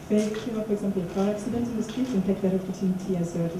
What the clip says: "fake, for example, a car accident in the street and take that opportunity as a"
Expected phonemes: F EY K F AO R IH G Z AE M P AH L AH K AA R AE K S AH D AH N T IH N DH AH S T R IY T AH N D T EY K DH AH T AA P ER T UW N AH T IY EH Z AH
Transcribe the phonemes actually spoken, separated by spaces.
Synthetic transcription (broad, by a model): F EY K F AO R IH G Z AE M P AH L AH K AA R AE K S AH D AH N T IH N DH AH S T R IY T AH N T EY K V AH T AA F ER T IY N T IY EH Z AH